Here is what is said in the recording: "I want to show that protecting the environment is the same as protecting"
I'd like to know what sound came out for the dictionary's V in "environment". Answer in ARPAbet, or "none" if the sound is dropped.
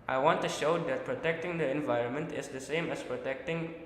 V